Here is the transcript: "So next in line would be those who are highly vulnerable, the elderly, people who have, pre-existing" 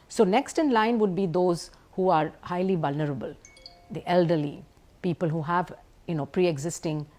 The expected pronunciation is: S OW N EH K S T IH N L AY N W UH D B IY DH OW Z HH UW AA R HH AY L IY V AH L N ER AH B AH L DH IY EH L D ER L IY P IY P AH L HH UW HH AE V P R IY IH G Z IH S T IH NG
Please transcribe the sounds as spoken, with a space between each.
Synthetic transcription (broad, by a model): S OW N EH K S T IH N L AY N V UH D B IY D OW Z HH UW AA R HH AY L IY V AH L N ER AH B AH L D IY EH L D ER L IY P IY P AH L HH UW HH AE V P R IY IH G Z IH S T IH NG